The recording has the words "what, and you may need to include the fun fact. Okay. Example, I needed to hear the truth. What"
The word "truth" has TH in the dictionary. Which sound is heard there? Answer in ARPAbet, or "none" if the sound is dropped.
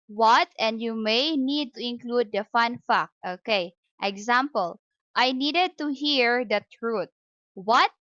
T